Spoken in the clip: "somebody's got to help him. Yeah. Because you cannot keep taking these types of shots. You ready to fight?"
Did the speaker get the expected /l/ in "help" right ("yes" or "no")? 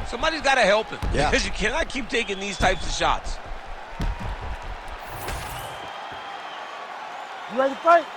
yes